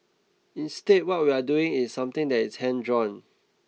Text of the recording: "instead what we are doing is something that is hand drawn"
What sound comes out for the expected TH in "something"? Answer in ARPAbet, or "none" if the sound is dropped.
T